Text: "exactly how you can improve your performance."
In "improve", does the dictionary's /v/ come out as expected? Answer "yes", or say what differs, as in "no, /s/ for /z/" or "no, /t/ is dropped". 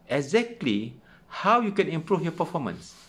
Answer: no, /f/ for /v/